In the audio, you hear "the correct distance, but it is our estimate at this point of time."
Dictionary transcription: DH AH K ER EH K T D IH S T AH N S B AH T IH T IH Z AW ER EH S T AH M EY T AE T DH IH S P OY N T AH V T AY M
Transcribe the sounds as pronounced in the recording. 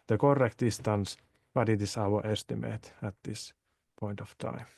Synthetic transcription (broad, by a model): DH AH K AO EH K T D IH S T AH N S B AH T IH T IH S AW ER EH S T AH M EY T AE T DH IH S P OY N T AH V T AY M